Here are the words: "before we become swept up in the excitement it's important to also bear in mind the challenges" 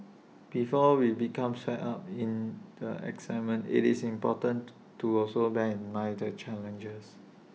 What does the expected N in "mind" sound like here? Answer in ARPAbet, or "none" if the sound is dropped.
none